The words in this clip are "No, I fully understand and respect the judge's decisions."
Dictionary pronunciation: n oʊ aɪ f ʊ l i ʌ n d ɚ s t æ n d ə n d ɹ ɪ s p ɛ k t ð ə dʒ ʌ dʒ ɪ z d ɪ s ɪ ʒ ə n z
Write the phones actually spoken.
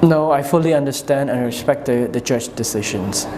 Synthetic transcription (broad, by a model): n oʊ aɪ f ʊ l i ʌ n d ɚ s t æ n d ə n ɹ ɪ s p ɛ k t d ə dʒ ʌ tʃ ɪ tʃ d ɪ s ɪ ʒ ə n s